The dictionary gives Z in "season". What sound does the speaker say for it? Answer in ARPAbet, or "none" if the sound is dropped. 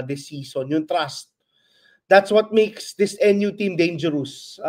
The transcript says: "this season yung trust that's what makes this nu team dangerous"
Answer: S